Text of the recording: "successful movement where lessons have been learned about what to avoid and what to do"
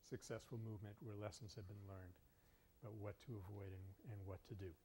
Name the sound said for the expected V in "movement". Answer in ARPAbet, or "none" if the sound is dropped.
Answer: V